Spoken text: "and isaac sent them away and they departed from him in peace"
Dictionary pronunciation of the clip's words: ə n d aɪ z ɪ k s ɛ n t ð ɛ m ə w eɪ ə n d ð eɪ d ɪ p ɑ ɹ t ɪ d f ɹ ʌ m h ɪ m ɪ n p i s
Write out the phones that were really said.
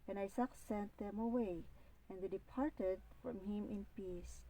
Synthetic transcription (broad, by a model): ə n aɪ s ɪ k s ɛ n t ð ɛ m ə w eɪ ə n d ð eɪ d ɪ p ɑ ɹ t ɪ d f ɹ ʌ m h ɪ m ɪ n p i s